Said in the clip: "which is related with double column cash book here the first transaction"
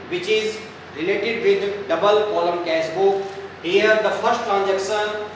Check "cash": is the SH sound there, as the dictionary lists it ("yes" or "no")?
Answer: no